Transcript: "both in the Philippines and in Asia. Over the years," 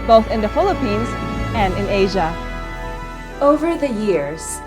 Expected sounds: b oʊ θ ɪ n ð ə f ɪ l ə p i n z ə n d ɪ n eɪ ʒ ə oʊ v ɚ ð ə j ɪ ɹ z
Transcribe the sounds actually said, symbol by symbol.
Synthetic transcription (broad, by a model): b oʊ θ ɪ n ð ə f ɪ l ə p i n z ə n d ɪ n eɪ ʒ ə oʊ v ɚ ð ə j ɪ ɹ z